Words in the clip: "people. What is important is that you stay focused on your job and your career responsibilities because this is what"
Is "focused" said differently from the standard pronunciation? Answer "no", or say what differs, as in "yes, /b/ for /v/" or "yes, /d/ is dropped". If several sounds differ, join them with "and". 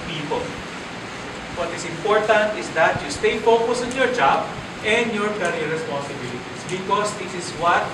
yes, /t/ is dropped